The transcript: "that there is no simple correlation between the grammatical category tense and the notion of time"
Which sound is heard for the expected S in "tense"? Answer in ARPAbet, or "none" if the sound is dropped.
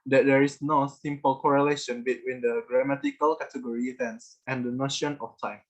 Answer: S